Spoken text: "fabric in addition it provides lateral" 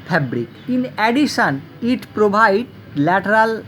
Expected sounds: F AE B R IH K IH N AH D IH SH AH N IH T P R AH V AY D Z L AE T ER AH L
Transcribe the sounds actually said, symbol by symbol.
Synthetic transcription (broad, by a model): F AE B R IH K IH N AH D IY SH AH N IH T P R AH B AY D L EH T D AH L